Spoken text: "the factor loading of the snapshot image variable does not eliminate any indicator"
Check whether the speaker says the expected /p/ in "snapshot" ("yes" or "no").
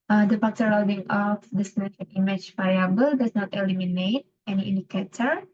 no